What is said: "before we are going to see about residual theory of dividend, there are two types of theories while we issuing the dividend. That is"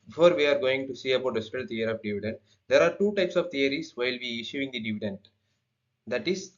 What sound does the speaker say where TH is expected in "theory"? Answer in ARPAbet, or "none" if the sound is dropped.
T